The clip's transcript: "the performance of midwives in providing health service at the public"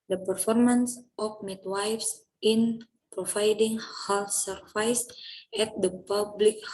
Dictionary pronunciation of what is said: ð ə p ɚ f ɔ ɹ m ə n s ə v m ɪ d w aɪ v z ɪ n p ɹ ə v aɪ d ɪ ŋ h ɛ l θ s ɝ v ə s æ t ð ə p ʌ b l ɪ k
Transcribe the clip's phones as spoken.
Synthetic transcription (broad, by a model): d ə p ɚ f ɔ ɹ m ə n s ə f m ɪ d w aɪ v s ɪ n p ɹ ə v aɪ d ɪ ŋ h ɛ l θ s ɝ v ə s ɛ t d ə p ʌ b l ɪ k